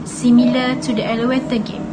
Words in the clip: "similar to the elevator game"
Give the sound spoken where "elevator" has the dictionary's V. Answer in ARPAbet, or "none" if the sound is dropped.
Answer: none